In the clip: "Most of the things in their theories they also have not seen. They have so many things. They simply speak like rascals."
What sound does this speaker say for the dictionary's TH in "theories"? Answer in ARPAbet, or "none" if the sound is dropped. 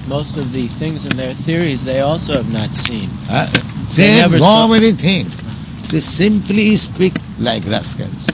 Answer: TH